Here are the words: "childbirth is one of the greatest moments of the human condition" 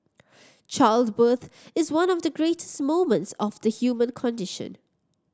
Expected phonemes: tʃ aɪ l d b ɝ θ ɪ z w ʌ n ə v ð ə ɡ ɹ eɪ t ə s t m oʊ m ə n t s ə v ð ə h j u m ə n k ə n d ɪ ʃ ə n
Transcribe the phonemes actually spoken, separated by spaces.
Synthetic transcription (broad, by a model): tʃ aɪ l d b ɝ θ ɪ z w ʌ n ə v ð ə ɡ ɹ eɪ t ə s t m oʊ m ə n t s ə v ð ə h j u m ə n k ə n d ɪ ʃ ə n